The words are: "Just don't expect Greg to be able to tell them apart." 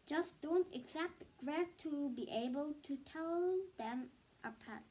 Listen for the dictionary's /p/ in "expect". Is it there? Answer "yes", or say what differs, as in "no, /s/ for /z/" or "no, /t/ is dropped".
no, /p/ is dropped